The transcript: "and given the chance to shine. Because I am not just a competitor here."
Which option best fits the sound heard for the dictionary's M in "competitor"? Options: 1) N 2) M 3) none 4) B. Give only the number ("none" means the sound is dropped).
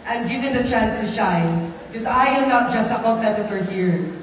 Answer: 3